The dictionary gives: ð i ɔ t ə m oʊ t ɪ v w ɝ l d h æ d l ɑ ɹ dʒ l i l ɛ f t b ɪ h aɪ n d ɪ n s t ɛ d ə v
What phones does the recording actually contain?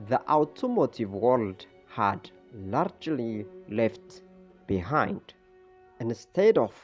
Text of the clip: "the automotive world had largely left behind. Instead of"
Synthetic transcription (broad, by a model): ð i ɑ t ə m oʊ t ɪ v w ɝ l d h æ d l ɑ ɹ dʒ l i l ɛ f t b ɪ h aɪ n d ɪ n s t ɛ d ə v